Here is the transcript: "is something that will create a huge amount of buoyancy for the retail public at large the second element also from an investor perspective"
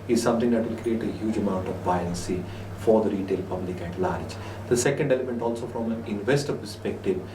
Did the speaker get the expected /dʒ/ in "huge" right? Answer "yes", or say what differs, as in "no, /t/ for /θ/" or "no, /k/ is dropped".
yes